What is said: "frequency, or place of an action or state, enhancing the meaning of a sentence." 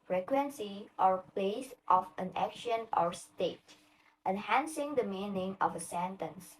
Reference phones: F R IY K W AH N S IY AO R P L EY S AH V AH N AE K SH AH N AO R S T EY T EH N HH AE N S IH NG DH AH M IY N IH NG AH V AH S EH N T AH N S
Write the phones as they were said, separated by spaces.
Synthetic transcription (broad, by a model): F R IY K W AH N S IY AO R P L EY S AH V AH N AE K SH AH N AO R S T EY T EH N HH AE N S IH NG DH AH M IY N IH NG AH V AH S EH N T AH N S